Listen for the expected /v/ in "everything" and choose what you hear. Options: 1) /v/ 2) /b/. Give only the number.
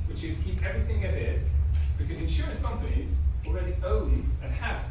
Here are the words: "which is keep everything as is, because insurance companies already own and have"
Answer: 1